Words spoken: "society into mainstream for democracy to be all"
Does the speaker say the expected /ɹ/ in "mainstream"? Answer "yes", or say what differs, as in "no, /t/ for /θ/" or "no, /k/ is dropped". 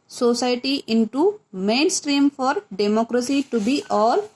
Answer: yes